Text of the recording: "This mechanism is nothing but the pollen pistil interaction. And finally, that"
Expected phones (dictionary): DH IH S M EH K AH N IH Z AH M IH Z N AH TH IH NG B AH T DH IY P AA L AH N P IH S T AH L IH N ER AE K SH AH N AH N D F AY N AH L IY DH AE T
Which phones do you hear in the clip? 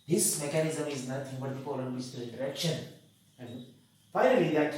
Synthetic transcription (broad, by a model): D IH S M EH K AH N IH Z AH M IH Z N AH T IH NG B AH T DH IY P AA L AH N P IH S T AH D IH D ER K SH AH N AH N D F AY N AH L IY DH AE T